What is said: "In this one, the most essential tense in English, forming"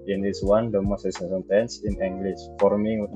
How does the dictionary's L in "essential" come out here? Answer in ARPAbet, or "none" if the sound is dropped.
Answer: N